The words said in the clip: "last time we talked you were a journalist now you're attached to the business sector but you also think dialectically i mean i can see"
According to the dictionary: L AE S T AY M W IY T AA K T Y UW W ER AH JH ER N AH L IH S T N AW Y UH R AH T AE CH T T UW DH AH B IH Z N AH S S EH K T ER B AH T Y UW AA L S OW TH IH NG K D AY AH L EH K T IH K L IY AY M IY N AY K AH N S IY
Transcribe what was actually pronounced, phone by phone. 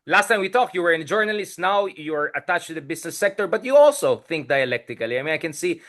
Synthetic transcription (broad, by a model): L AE S T AY M W IY T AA K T Y UW W ER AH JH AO N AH L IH S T N AW Y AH R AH T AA CH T T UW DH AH B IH S N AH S S EH K T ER B AH T Y UW AA L S OW TH IH NG K D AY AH L EH K T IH K L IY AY M IY N AY K AH N S IY